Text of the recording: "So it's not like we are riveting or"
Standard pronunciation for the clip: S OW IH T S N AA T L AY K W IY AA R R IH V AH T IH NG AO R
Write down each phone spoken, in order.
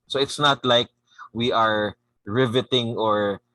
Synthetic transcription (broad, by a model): S OW IH T S N AA T L AY K W IY AA R R IH V AH T IH NG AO R